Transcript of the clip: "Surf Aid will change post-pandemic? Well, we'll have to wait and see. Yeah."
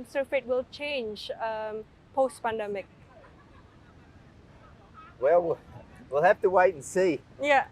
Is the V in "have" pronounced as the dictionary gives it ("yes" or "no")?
no